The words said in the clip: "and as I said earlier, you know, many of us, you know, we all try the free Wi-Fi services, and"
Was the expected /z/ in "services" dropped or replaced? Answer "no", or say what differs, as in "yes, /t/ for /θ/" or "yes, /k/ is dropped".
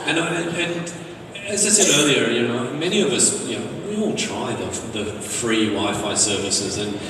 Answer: no